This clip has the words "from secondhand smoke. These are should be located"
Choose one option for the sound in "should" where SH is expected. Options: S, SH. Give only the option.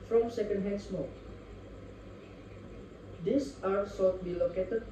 S